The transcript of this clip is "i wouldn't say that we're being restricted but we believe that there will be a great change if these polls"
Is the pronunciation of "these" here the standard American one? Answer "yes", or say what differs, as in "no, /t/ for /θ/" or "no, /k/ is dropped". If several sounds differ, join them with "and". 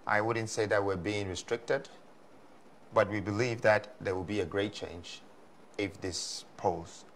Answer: no, /s/ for /z/